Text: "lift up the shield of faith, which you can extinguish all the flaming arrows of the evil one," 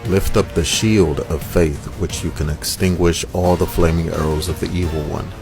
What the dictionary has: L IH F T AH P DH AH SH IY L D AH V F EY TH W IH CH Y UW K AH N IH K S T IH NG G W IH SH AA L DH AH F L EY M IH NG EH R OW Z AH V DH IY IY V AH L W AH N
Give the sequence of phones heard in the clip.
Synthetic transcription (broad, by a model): L IH F T AH P DH AH SH IY L D AH V F EY TH W IH CH Y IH K AH N IH K S T IH NG G W IH SH AA L DH AH F L EY M IH NG EH R OW Z AH V DH IY IY V L W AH N